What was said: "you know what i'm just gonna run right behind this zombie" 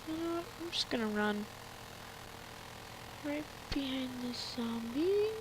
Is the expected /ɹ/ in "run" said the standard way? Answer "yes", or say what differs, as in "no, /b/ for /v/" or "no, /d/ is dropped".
yes